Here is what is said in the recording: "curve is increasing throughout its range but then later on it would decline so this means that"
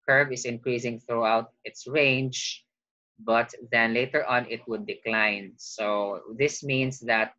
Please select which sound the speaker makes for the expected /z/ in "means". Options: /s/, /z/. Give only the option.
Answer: /s/